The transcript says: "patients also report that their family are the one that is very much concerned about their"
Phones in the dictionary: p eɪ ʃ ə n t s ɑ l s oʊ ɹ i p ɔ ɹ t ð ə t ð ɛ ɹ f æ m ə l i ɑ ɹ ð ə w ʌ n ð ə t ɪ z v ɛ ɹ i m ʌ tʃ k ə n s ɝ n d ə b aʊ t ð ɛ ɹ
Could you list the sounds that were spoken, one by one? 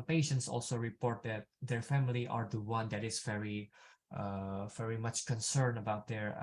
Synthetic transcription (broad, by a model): p eɪ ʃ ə n t s ɑ l s oʊ ɹ i p ɔ ɹ t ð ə t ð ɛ ɹ f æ m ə l i ɑ ɹ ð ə w ʌ n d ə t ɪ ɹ v ɛ ɹ i m ʌ tʃ k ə n s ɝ n ə b aʊ t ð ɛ ɹ